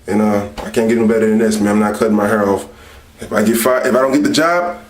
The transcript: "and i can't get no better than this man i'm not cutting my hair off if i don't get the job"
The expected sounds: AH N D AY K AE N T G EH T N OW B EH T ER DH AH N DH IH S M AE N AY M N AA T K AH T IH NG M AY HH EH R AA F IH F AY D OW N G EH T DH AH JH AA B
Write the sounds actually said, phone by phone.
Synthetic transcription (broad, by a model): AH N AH AY K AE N G EH T N OW B EH T ER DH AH N DH IH S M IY AY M N AA T K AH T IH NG M AY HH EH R AA F IH F AY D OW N G EH T DH AH JH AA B